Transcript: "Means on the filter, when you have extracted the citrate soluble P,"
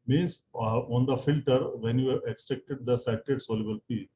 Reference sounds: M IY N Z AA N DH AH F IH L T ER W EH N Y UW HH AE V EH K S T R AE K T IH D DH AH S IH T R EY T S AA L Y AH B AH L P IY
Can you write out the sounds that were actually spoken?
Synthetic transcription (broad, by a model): M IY N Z AA N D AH F IH L T ER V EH N Y UW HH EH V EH K S T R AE K T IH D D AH S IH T EY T S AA L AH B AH L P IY